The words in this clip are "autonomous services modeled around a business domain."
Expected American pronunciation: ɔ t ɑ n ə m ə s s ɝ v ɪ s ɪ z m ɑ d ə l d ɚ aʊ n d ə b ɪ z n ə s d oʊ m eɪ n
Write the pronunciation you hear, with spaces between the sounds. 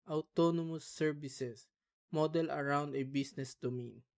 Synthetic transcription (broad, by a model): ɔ t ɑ n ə m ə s s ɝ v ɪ s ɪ s m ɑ d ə l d aʊ n d ə b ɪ s n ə s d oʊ m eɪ n